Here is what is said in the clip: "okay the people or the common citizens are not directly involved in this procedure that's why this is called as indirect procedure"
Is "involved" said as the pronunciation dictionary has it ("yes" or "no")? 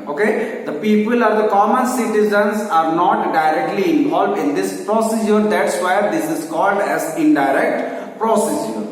yes